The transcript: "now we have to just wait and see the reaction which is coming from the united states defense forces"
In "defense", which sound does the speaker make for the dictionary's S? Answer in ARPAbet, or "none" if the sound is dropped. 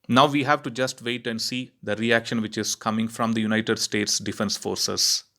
S